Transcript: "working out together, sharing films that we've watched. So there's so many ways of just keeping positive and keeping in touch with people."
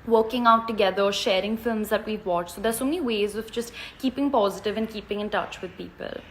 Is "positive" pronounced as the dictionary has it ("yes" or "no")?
yes